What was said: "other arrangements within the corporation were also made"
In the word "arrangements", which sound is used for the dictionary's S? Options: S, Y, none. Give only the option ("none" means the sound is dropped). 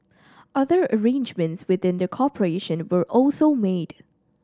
S